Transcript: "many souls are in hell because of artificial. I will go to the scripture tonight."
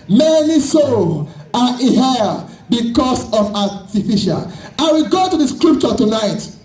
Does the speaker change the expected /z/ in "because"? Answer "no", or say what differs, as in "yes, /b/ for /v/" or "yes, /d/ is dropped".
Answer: yes, /s/ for /z/